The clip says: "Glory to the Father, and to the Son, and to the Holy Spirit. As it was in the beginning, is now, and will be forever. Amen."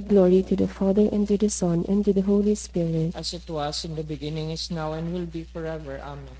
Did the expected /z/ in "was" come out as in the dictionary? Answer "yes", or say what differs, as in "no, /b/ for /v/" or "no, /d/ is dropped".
no, /s/ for /z/